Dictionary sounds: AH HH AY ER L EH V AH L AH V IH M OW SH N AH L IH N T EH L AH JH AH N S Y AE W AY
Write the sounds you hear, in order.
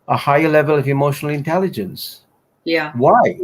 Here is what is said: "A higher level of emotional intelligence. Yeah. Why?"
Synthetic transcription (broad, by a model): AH HH AY ER L EH V AH L AH V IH M OW SH N L IH N T EH L AH JH AH N S Y AE W AY